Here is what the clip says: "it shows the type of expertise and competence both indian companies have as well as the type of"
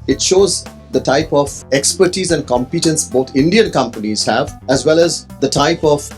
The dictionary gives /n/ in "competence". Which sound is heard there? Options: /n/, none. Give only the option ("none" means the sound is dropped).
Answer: /n/